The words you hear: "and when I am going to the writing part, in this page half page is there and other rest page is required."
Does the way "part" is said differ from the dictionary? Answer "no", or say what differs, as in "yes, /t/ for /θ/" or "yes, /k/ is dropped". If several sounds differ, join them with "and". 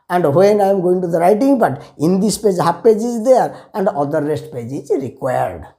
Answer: yes, /b/ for /p/